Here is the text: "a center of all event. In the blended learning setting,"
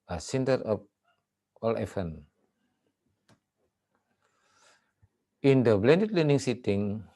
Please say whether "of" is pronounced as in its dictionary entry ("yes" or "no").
no